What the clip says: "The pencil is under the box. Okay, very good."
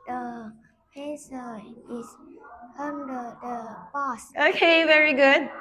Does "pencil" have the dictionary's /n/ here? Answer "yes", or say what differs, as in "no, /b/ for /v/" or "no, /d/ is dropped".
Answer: no, /n/ is dropped